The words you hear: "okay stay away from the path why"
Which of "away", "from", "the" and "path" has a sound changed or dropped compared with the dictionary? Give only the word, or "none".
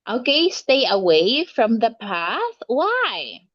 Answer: none